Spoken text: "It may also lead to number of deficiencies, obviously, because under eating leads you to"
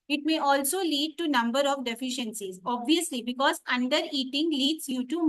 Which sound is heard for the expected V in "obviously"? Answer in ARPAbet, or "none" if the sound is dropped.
V